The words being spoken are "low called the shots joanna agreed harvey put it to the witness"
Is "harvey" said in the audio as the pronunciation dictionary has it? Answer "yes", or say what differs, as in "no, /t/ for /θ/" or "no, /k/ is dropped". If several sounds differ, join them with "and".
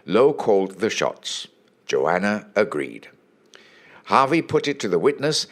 yes